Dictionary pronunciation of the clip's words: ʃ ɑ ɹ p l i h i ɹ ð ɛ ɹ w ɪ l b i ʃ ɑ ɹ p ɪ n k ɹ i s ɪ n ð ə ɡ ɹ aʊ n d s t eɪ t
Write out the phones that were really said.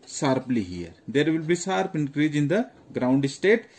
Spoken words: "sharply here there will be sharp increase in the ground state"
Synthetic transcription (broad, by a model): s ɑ ɹ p l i h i ɹ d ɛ ɹ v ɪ l b i s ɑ ɹ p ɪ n k ɹ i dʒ ɪ n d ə ɡ ɹ aʊ n d s t eɪ t